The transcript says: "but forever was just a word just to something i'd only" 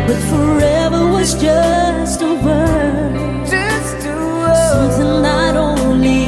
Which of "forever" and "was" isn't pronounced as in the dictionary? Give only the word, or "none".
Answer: none